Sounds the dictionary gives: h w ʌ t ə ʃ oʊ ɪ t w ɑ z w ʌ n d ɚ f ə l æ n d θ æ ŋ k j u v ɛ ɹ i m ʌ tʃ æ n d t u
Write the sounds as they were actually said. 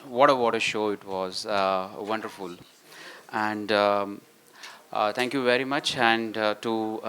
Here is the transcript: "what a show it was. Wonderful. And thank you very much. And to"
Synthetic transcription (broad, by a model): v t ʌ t ə ʃ oʊ ɪ t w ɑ z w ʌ n d ɚ f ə l æ n d t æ ŋ k j u v ɛ ɹ i m ʌ tʃ æ n d t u